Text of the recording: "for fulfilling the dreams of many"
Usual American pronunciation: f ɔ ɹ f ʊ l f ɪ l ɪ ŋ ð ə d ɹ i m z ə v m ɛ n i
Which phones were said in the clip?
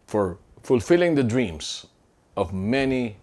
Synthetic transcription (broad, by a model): f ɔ ɹ f ʊ l f ɪ l ɪ ŋ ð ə d ɹ i m s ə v m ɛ n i